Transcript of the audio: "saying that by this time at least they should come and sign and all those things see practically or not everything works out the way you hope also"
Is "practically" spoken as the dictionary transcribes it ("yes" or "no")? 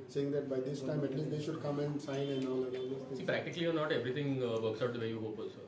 yes